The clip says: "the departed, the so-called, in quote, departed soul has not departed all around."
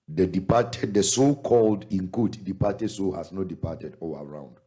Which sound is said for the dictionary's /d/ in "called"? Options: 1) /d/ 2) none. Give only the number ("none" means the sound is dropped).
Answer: 1